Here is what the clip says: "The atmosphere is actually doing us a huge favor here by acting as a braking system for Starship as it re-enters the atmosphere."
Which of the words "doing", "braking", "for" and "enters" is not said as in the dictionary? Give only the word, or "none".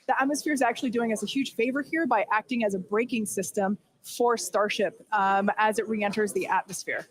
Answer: none